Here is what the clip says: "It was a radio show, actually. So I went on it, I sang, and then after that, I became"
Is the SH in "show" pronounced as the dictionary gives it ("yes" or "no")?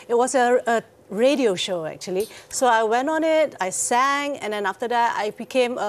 yes